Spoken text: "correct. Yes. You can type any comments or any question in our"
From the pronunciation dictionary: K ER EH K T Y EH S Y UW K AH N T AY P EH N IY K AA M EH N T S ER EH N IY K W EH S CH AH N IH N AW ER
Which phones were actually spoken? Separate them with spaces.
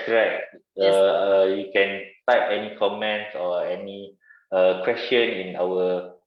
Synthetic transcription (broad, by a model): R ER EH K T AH Y UW K AH N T AY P EH N IY K AA M EH N T S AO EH N IY K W EH S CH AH N IH N AW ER